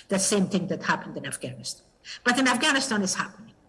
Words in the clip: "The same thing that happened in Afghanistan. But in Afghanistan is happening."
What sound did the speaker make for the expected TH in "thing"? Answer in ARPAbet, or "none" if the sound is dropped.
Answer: TH